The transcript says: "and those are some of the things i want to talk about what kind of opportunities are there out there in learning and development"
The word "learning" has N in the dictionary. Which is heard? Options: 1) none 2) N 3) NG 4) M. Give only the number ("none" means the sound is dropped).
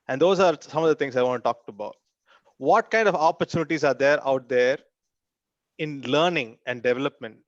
2